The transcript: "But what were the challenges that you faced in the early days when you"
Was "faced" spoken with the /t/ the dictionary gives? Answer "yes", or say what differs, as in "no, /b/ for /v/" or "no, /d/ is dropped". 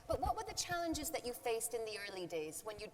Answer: yes